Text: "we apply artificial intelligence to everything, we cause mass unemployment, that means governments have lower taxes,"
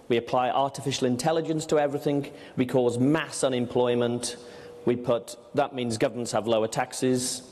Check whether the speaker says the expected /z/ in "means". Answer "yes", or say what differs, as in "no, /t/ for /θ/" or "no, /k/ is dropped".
yes